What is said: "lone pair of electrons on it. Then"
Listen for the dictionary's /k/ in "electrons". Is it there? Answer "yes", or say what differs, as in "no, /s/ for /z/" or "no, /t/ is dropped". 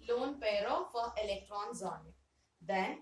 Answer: yes